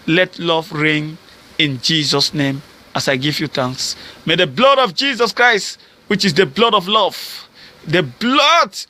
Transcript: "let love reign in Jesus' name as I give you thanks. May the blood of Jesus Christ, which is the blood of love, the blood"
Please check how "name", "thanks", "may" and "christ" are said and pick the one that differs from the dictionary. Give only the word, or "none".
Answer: thanks